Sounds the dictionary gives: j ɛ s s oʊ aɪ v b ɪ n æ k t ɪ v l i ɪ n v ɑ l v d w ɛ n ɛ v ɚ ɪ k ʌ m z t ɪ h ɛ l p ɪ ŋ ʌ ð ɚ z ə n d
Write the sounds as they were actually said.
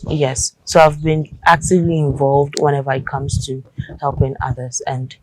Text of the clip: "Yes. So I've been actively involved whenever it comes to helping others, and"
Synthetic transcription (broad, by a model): j ɛ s s oʊ aɪ v b ɪ n æ k t ɪ v l i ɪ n v ɑ l v d w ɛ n ɛ v ɚ ɪ k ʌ m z t ɪ h ɛ l p ɪ ŋ ʌ ð ɚ z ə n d